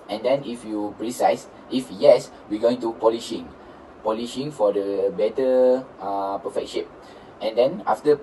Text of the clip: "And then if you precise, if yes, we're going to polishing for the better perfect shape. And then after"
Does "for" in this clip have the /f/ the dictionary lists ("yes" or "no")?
no